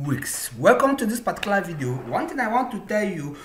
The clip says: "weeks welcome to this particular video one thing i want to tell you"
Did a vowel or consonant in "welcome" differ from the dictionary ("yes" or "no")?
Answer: no